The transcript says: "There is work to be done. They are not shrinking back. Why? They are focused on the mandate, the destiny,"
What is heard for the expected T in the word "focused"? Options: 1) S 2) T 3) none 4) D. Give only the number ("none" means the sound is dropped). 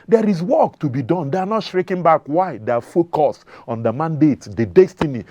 3